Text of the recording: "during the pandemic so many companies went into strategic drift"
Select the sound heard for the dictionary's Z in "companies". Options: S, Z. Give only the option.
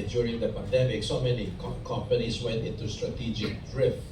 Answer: S